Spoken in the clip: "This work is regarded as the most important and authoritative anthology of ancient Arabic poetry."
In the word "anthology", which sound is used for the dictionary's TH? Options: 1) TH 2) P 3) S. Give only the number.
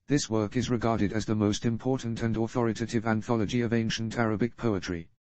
1